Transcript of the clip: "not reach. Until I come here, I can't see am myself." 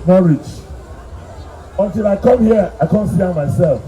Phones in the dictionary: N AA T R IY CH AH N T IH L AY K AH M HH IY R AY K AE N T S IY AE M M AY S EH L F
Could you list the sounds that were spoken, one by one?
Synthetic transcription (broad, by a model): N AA R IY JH AH N T IH L AY K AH M HH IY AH AY K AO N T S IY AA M M AY S EH L F